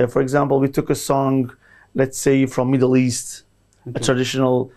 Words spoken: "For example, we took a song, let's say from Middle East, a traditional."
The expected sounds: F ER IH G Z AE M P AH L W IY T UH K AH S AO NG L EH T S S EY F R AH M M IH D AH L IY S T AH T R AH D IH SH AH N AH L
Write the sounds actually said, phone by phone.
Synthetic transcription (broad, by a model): F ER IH G Z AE M P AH L W IY T UH K AH S AO NG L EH T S S EY F R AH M M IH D L IY S T AH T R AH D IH SH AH N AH L